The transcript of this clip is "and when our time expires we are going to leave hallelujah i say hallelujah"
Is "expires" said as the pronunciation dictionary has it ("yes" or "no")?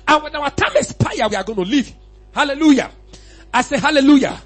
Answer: no